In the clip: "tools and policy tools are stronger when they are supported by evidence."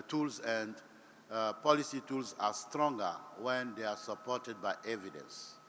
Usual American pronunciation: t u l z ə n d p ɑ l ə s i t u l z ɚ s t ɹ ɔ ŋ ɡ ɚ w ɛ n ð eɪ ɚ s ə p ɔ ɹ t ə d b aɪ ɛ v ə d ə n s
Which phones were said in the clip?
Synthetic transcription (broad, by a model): t u l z ə n d p ɑ l ə s i t u l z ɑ s t ɹ ɔ ŋ ɡ ɚ w ɛ n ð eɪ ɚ s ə p ɔ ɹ t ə d b aɪ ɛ v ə d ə n s